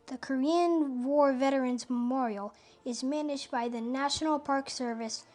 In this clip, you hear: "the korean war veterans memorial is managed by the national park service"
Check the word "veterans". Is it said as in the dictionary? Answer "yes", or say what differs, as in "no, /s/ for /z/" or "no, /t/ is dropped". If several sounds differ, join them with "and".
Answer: yes